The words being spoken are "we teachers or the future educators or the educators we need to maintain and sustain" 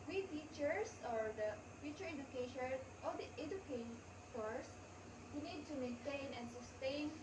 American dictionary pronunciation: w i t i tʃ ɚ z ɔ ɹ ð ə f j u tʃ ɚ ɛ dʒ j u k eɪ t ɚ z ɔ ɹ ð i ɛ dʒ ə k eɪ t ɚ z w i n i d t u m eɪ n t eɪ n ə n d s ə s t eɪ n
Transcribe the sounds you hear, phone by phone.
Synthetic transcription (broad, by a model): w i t i tʃ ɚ s ɔ ɹ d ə f j u tʃ ɚ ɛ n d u k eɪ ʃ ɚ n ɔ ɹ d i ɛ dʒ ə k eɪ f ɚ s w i n i d t u m eɪ n t eɪ n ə n s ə s t eɪ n